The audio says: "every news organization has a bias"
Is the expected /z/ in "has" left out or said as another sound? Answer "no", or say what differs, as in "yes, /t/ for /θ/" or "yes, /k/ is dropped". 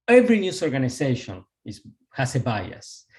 yes, /s/ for /z/